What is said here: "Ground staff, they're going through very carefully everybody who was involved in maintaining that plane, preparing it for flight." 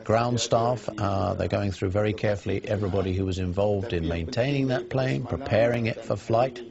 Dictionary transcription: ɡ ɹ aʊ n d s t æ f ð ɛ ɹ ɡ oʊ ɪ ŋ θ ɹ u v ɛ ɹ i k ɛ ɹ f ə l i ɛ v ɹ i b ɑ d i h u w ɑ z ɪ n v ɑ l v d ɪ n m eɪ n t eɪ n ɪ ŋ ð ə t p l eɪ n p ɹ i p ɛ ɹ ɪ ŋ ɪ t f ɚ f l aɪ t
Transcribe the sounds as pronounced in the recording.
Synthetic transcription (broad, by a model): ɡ ɹ aʊ n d s t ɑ f ð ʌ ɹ ɡ oʊ ɪ ŋ θ ɹ u v ɛ ɹ i k ɛ ɹ f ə l i ɛ v ɹ i b ɑ d i h u w ɑ z ɪ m v ɑ l v d ɪ n m eɪ n t eɪ n ɪ ŋ ð ə t p l eɪ n p ɹ i p ɛ ɹ ɪ ŋ ɪ t f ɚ f l aɪ t